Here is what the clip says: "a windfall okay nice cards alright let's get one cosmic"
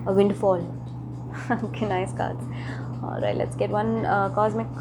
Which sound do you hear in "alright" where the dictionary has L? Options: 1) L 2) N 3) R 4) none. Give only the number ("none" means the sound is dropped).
4